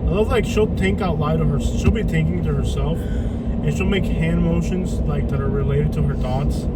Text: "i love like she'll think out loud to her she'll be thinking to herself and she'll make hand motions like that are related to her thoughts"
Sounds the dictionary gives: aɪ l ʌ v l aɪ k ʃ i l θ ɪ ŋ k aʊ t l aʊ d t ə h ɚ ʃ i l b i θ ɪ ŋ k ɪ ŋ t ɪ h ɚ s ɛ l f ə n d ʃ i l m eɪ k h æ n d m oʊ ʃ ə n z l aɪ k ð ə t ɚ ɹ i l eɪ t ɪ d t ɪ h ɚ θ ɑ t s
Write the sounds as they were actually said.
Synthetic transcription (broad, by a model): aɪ l ʌ v l aɪ k ʃ i l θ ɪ ŋ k aʊ t l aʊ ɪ t ə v ɚ ʃ i l b i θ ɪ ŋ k ɪ ŋ t ɪ h ɚ s ɛ l f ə n ʃ i l m eɪ k h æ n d m oʊ ʃ ə n z l aɪ k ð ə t ɚ ɹ i l eɪ t ɪ d t ɪ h ɚ θ ɑ t s